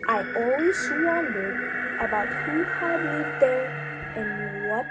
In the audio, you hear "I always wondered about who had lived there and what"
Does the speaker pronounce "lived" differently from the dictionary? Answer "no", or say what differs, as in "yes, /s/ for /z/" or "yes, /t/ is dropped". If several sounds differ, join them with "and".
yes, /v/ is dropped